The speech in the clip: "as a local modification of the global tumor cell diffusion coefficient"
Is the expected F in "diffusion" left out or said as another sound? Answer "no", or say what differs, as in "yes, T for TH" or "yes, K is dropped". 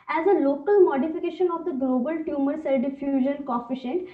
no